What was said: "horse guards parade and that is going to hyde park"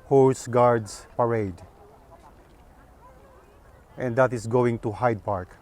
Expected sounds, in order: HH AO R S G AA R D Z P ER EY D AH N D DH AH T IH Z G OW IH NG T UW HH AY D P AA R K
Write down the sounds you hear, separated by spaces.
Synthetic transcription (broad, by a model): HH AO R S G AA R D S P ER EY D AH N D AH T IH S G OW IH NG T UW HH AY D P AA R K